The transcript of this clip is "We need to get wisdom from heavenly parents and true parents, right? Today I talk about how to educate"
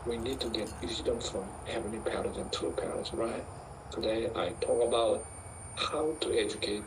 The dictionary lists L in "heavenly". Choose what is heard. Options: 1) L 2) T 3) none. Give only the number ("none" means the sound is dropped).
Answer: 3